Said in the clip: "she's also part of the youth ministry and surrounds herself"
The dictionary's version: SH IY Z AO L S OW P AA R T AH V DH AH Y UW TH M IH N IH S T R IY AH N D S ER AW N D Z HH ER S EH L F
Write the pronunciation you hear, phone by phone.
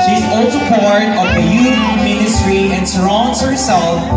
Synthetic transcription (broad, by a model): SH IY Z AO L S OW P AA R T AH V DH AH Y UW F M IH N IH S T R IY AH N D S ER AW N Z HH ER S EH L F